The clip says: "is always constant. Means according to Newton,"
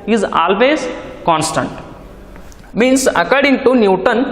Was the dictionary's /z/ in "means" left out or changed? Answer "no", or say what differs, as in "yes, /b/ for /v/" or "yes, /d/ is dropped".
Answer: yes, /s/ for /z/